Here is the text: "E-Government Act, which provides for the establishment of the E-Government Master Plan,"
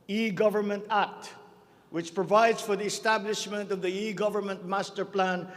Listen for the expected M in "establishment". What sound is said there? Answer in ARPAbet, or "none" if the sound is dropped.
M